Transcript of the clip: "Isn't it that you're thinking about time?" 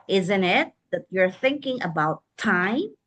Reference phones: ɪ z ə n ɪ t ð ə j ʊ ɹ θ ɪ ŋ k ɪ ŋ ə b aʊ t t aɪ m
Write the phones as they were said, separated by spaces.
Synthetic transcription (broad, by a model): ɪ z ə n ɪ t ð ə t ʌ ɹ θ ɪ ŋ k ɪ ŋ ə b aʊ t t aɪ m